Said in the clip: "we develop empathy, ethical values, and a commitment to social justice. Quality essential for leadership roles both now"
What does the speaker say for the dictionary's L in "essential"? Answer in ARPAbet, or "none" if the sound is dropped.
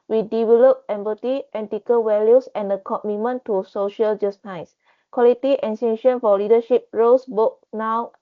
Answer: N